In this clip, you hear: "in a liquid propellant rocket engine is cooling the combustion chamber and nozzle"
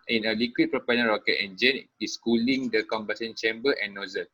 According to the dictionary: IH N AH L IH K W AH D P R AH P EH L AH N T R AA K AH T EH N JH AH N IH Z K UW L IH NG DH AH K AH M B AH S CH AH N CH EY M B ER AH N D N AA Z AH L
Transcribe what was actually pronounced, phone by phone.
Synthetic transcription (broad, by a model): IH N AH L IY K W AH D P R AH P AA N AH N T R AA K AH T EH N JH AH N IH S K UW L IH NG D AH K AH M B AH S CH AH N CH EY M B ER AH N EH N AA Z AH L